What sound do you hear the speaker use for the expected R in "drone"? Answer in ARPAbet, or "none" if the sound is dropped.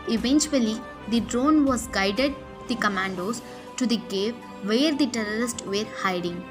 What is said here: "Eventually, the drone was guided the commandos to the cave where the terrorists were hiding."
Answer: R